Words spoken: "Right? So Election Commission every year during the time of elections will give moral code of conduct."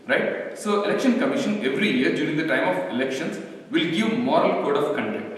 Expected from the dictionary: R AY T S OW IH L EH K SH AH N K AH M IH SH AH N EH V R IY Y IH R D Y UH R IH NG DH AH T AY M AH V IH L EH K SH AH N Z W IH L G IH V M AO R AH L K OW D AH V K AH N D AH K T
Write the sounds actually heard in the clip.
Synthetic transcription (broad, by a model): R AY T S OW IH L EH K SH AH N K AH M IH SH AH N EH V R IY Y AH R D Y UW R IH NG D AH T AY M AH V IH L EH K SH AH N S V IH L G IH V M AO R AH L K OW D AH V K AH N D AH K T